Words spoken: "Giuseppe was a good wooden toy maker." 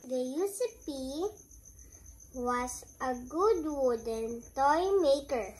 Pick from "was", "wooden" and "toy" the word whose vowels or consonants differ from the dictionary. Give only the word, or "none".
was